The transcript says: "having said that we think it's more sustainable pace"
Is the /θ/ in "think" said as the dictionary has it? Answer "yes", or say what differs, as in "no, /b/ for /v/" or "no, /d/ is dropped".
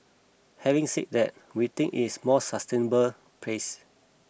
no, /t/ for /θ/